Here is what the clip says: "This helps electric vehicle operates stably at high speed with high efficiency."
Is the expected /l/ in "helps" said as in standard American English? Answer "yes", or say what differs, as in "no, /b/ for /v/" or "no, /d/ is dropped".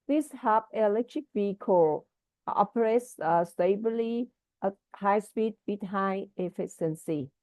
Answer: no, /l/ is dropped